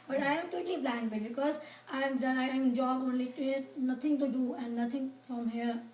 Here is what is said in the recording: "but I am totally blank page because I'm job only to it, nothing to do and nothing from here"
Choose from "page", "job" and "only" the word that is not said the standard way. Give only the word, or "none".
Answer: page